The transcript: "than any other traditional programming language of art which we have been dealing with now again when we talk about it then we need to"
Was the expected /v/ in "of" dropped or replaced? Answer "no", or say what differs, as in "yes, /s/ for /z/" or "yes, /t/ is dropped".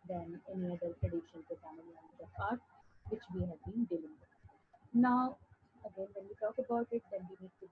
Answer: yes, /p/ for /v/